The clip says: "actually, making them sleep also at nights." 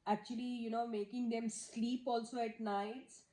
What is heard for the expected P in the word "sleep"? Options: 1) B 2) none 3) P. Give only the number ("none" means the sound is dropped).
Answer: 3